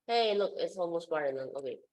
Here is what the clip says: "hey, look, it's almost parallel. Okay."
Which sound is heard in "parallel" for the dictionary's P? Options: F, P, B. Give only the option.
B